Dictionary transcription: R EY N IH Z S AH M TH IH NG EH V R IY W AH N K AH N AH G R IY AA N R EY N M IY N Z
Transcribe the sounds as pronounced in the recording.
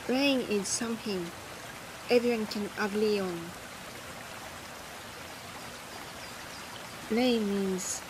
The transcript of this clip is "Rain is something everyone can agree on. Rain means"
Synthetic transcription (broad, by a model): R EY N IH Z S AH M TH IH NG EH V R IY W AH N K AH N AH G L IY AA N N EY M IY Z